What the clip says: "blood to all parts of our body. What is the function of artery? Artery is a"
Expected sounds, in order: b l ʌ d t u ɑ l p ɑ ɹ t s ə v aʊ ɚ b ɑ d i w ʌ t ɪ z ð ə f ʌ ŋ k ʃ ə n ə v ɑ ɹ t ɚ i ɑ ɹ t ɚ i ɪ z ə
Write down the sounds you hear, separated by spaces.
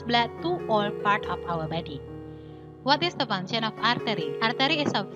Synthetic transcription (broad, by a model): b l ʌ t u ɑ l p ɑ ɹ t ə f aʊ ɚ b ɑ d i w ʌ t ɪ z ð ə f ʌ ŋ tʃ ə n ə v ɑ ɹ t ɚ i ɑ ɹ t ɚ i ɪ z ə